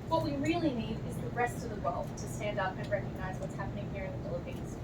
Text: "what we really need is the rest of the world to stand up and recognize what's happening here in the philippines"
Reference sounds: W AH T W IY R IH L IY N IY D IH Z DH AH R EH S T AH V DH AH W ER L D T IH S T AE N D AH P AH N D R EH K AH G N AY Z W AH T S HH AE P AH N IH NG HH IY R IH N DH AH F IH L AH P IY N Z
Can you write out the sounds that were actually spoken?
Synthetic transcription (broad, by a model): W AH T W IY R IH L IY N IY D IH Z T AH R EH S T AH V DH AH W ER L D T IH S T AE N D AH P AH N R EH K AH G N AY Z W AH T S HH AE P AH N IH NG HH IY R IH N DH AH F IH L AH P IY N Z